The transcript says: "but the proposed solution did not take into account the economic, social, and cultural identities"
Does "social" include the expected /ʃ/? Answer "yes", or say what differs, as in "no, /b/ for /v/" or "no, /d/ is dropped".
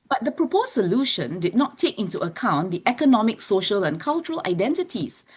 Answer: yes